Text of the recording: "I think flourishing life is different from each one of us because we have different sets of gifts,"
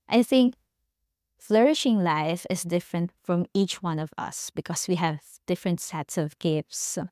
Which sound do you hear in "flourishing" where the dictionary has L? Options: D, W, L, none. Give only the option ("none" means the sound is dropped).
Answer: L